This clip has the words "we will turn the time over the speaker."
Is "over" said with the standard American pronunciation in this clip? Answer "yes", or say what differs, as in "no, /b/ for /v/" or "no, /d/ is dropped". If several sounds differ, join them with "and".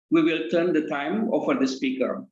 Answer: no, /f/ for /v/